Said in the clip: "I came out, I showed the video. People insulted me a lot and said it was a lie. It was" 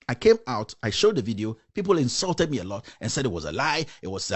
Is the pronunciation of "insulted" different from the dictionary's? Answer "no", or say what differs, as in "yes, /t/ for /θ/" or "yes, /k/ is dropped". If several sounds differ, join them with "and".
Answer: no